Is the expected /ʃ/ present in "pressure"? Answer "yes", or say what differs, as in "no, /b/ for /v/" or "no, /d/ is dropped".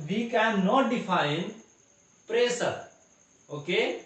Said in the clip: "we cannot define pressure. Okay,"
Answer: no, /s/ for /ʃ/